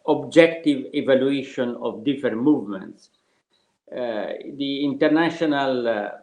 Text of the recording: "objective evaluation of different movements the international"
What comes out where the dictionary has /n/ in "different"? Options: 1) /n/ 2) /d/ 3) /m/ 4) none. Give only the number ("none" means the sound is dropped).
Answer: 4